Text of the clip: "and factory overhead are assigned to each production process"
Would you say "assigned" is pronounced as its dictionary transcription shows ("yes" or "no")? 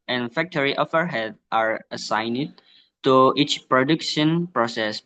yes